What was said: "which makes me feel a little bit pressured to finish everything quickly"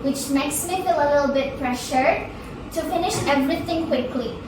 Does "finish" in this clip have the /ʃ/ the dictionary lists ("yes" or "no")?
yes